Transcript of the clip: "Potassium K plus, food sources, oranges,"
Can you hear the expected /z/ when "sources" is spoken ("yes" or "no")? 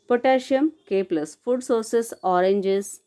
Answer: no